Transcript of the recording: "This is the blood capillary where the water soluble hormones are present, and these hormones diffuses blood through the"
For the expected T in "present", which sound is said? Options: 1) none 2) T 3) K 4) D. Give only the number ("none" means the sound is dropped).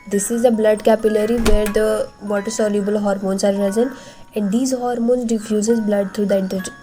1